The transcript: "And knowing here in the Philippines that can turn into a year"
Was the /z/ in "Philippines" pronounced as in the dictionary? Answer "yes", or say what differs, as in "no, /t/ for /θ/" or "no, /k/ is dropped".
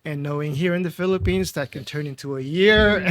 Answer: yes